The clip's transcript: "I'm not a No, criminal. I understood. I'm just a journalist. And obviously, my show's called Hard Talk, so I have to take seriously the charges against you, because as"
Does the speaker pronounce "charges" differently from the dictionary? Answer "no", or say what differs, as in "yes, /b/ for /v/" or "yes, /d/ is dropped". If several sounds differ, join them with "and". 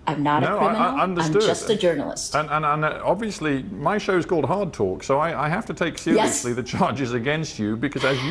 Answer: no